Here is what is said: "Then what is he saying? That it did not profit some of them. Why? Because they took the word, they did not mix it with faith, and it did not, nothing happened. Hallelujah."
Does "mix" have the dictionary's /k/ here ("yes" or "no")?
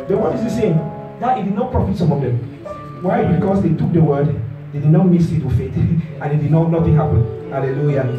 no